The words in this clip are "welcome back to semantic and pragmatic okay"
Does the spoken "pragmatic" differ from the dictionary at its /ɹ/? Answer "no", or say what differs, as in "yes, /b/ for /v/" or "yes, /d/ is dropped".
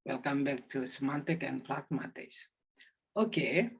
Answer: yes, /l/ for /ɹ/